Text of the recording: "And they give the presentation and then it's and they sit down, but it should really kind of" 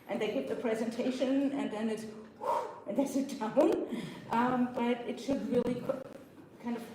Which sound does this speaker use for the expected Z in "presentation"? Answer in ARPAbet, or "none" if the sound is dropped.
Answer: Z